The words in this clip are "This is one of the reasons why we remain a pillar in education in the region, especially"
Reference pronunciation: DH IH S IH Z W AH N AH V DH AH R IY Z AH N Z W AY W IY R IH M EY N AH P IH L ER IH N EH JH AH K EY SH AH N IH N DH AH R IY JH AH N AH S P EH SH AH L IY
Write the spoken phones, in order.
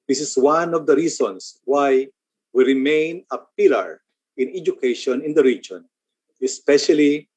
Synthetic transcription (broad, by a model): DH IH S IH S W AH N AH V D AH R IY S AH N S W AY W IY R IH M EY N AH P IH L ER IH N EH JH AH K EY SH AH N IH N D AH R IY JH AH N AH S P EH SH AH L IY